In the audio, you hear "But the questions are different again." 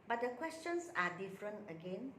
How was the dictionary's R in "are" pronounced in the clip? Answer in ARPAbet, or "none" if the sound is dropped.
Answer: R